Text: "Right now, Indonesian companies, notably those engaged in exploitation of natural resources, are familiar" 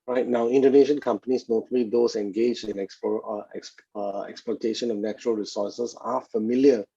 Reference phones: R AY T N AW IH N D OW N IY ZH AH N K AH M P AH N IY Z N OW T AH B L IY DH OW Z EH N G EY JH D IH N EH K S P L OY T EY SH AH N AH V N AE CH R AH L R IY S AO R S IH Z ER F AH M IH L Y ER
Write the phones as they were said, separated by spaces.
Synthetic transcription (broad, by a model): R AY T N AW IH N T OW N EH SH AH N K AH M P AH N IY S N OW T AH L IY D OW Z EH N G EY JH D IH N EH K S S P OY T EY SH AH N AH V N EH CH R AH L R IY S AO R S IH S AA F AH M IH L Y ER